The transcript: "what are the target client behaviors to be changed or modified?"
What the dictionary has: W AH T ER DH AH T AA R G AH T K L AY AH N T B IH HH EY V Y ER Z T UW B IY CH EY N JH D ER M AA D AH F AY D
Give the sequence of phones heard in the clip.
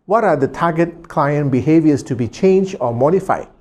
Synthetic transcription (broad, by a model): W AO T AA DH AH T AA G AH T K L AY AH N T B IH HH EY V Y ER S T UW B IY CH EY N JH AO M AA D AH F AY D